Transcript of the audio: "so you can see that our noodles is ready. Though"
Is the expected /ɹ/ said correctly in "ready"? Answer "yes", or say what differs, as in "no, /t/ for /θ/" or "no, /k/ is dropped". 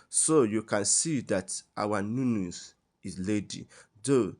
no, /l/ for /ɹ/